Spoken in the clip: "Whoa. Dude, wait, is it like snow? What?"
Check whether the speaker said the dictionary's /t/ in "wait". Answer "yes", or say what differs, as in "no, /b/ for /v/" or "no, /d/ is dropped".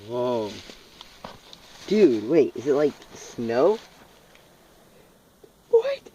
yes